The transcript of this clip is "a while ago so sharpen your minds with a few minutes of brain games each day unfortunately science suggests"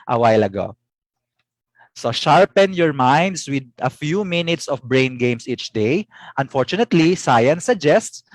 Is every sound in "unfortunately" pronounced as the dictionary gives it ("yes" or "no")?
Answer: yes